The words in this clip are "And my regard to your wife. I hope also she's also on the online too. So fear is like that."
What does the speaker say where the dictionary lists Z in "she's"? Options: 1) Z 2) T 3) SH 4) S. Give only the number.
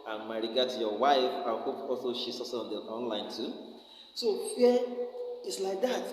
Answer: 4